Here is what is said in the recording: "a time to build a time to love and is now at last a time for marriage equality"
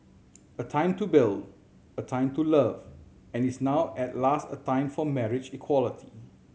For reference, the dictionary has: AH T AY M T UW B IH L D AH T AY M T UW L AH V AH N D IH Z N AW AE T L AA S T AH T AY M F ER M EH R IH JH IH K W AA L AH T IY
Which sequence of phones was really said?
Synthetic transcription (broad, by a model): AH T AY M T UW B IH L D AH T AY M T UW L AH V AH N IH S N AW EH T L AA S T AH T AY M F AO M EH R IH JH IH K W AA L AH T IY